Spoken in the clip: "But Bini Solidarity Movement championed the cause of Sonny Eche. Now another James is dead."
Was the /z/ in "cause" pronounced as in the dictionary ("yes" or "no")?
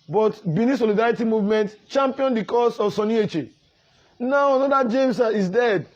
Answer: no